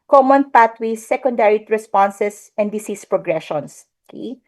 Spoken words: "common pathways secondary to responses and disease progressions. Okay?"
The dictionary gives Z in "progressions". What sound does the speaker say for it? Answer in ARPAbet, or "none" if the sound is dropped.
S